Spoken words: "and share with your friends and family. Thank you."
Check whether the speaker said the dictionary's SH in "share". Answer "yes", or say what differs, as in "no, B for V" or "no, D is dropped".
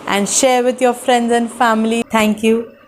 yes